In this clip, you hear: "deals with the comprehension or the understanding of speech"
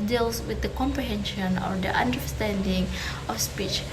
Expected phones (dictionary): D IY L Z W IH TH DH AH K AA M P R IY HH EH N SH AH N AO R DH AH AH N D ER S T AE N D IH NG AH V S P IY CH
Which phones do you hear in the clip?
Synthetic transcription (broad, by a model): D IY L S W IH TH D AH K AA M P R IY HH EH N SH AH N AO R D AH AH N D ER S T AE N D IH NG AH F S P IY CH